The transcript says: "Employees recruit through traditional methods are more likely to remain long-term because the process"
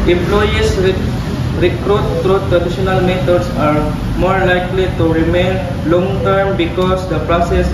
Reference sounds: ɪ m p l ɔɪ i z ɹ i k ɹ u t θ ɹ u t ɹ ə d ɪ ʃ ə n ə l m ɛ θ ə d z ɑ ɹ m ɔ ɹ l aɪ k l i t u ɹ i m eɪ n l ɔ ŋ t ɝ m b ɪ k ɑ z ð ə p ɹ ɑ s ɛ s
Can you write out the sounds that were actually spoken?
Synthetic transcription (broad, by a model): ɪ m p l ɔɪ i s ɹ i k ɹ u t t ɹ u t ɹ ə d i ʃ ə n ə l m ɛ t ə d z ɑ ɹ m ɔ ɹ l aɪ k l i t u ɹ i m eɪ n l ɔ ŋ t ɝ m b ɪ k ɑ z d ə p ɹ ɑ s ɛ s